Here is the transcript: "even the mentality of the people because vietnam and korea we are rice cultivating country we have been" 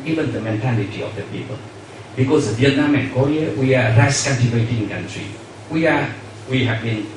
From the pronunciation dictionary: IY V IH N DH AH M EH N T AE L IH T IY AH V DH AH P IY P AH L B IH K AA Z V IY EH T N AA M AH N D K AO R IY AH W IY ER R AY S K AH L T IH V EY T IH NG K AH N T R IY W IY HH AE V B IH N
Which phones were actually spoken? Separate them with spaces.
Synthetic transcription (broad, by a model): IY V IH N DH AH M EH N T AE L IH T IY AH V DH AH P IY P AH L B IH K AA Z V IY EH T N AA M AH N K AO R IY AH W IY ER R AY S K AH N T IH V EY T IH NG K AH N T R IY W IY HH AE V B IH N